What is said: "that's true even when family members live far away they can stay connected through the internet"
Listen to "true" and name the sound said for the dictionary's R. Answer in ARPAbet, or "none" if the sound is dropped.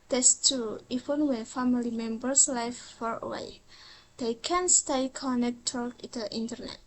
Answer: none